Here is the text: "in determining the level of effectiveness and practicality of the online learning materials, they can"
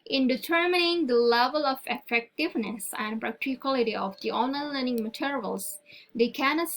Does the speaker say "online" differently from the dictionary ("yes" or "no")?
yes